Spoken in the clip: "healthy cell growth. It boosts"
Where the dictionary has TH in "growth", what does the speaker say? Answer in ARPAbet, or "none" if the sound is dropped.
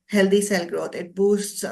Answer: T